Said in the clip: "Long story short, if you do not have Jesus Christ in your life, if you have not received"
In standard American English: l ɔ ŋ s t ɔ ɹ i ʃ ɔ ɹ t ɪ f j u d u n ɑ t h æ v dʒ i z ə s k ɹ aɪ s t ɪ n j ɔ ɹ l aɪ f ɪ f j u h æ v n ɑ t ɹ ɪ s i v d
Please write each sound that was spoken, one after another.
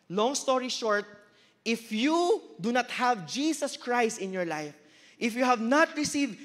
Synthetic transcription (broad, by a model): l ɔ ŋ s t ɔ ɹ i ʃ ɔ ɹ t ɪ f j u d u n ɑ t h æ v dʒ i s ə s k ɹ aɪ s t ɪ n j ɔ ɹ l aɪ f ɪ f j u h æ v n ɑ t ɹ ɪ s i v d